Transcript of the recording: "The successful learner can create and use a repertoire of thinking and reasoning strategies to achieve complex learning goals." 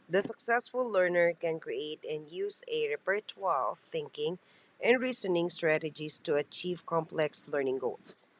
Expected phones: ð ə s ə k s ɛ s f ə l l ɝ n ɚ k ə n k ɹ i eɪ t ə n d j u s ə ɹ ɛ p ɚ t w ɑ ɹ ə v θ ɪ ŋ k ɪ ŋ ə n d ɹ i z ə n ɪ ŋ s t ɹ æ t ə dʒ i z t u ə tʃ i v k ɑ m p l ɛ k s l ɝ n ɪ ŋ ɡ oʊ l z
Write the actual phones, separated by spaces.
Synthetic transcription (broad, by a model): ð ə s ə k s ɛ s f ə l l ɝ n ɚ k ə n k ɹ i eɪ t ə n d j u s ə ɹ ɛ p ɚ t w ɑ l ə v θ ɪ ŋ k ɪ ŋ ə n d ɹ i s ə n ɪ ŋ s t ɹ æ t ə dʒ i s t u ə tʃ i v k ɑ m p l ɛ k s l ɝ n ɪ ŋ ɡ oʊ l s